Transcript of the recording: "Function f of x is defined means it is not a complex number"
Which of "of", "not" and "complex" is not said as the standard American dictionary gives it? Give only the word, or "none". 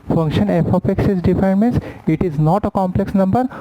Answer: of